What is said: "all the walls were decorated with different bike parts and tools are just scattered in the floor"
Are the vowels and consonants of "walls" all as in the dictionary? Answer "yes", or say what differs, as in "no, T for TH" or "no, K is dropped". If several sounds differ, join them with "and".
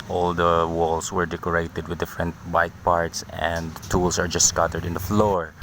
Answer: no, S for Z